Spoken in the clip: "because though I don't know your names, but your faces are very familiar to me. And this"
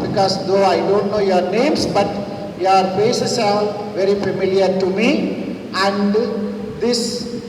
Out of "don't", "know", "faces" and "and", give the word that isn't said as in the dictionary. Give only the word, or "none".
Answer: faces